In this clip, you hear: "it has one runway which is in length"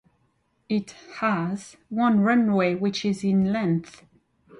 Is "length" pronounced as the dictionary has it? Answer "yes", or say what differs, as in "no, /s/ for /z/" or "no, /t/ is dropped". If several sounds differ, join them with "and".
yes